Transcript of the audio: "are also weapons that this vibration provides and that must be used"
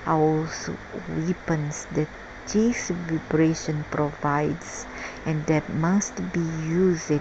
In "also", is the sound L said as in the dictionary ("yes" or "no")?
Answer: no